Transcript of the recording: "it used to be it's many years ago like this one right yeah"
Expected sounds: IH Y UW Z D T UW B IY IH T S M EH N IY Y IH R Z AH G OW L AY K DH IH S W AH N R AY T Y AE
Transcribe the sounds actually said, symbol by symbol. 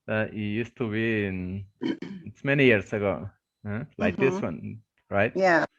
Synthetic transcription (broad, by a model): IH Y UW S T UW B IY IH T S M EH N IY Y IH R S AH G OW L AY K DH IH S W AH N R AY T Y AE